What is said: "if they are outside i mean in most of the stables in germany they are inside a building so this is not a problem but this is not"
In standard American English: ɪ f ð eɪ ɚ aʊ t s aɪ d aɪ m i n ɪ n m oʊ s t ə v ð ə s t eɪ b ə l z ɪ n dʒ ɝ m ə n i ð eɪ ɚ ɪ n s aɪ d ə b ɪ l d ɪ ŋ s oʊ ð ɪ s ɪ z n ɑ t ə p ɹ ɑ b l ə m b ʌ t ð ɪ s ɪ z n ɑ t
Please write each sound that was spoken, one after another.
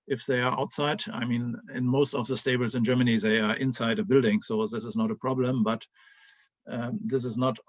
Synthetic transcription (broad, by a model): ɪ f ð eɪ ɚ aʊ t s aɪ d aɪ m i n ɪ n m oʊ s t ə v ð ə s t eɪ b l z ɪ n dʒ ɝ m ə n i ð eɪ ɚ ɪ n s aɪ d ə b ɪ l d ɪ ŋ s oʊ ð ɪ s ɪ z n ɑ t ə p ɹ ɑ b l ə m b ʌ t ð ɪ s ɪ z n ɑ t